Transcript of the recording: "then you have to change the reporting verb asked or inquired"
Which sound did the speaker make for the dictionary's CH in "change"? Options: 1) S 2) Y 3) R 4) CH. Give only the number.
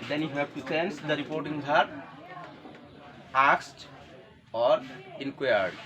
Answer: 1